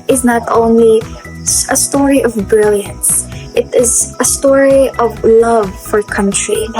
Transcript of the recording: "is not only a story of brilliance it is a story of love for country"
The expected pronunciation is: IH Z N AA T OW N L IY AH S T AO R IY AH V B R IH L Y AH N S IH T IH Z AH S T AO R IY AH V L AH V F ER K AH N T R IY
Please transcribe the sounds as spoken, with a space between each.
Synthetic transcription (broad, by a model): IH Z N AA T OW N L IY AH S T AO R IY AH V B R IH L Y AH N S IH T IH Z AH S T AO R IY AH V L AH V F ER K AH N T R IY